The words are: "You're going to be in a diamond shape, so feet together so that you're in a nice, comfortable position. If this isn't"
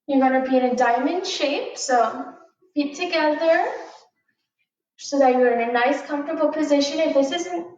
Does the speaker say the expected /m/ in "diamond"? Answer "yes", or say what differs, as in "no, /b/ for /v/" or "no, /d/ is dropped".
yes